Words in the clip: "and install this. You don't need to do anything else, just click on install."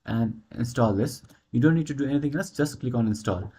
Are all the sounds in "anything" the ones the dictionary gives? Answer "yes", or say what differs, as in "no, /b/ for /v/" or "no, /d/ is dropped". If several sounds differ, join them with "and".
no, /t/ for /θ/